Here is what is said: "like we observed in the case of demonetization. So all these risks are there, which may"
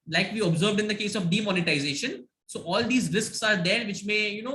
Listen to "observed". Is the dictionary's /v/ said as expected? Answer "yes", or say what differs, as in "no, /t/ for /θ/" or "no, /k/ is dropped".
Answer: yes